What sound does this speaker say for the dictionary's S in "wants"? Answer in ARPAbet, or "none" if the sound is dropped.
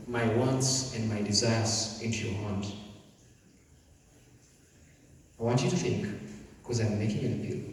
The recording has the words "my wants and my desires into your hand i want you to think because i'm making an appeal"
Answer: S